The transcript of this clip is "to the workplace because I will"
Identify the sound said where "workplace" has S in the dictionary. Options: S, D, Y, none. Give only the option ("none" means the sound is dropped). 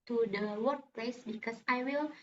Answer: S